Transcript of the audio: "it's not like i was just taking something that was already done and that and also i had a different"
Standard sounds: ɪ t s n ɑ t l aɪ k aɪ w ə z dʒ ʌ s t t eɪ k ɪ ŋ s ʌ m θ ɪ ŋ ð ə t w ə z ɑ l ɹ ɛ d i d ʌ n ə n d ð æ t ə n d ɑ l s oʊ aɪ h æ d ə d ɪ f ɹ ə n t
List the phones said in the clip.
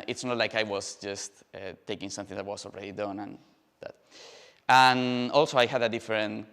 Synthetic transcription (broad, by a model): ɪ t s n ɑ t l aɪ k aɪ w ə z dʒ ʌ s t t eɪ k ɪ ŋ s ʌ m θ ɪ ŋ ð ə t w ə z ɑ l ɹ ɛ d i d ʌ n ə n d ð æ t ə n ɑ l s oʊ aɪ h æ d ə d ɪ f ɹ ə n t